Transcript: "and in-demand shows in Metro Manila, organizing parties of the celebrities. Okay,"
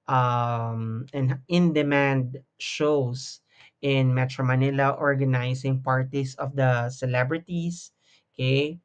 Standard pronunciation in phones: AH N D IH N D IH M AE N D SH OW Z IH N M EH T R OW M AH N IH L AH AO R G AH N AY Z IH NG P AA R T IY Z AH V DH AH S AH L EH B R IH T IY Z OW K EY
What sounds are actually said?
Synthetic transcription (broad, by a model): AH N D IH N D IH M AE N D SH OW S IH N M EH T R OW M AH N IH L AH AO R G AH N AY S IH NG P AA R T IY S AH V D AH S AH L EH B R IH T IY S K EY